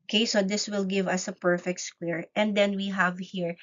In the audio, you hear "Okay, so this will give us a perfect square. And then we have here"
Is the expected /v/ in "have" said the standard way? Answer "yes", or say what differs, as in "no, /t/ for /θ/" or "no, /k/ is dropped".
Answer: yes